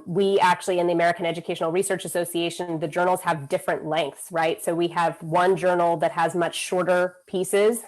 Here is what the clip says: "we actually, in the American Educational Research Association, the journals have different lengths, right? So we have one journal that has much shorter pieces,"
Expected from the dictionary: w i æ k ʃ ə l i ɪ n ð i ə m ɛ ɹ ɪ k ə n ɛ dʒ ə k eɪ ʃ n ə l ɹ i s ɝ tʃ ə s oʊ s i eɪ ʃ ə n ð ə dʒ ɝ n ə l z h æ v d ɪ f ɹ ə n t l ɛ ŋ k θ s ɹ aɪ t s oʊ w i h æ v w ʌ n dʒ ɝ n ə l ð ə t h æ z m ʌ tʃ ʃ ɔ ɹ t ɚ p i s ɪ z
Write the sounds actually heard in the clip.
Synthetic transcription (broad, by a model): w i æ k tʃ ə l i ɪ n ð i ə m ɛ ɹ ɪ k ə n ɛ dʒ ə k eɪ ʃ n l ɹ i s ɝ tʃ ə s oʊ s i eɪ ʃ ə n ð ə dʒ ɝ n l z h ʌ v d ɪ f ɹ ə n t l ɛ ŋ k θ s ɹ aɪ t s oʊ w i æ v w ʌ n dʒ ɝ n l ð ə t h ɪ z m ʌ tʃ ʃ ɔ ɹ t ɚ p i s ɪ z